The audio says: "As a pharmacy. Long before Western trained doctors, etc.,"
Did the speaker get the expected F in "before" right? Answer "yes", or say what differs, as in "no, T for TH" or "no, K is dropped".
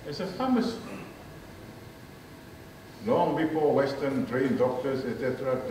no, P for F